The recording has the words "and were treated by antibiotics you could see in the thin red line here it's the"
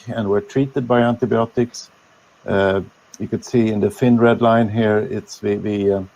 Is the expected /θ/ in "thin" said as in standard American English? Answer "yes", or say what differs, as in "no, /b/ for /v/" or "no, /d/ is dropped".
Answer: no, /f/ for /θ/